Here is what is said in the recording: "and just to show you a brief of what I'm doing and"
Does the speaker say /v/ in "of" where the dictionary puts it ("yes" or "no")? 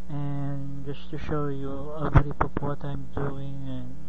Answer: no